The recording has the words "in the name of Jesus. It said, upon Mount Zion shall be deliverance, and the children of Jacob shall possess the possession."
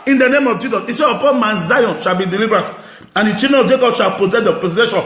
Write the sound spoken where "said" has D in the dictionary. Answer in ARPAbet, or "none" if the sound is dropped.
none